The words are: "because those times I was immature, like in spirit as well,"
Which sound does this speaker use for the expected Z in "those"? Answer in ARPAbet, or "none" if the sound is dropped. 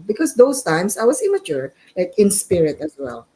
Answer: S